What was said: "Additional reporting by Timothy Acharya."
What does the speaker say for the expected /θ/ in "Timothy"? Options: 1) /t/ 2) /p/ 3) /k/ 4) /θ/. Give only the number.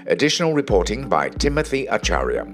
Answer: 4